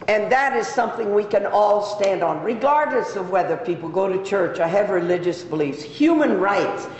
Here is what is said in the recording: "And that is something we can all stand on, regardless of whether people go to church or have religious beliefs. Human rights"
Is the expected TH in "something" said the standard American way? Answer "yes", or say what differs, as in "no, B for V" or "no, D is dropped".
yes